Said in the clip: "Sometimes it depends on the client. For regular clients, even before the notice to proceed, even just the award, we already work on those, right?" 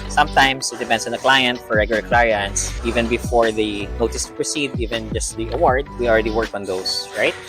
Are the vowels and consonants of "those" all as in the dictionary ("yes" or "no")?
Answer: no